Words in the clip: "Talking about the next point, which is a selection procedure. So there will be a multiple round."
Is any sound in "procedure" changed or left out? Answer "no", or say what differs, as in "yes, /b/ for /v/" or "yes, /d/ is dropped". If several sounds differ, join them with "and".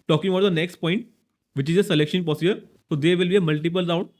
yes, /ɹ/ is dropped